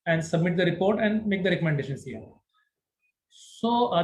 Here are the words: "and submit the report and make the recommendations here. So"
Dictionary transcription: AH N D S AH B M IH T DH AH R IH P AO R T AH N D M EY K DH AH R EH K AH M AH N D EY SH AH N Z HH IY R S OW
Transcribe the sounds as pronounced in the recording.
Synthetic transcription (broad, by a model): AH N D S AH B M IH T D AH R IH P AO R T AH N D M EY K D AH R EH K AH M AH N D EY SH AH N S HH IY R S OW